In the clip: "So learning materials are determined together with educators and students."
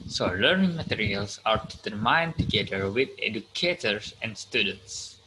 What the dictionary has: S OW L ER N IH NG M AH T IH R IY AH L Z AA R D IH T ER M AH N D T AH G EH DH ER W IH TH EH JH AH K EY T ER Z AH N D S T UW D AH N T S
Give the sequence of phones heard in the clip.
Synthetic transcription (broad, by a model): S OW L ER N IH NG M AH T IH R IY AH L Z AA R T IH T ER M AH N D T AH G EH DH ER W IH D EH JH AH K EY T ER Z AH N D S T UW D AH N T S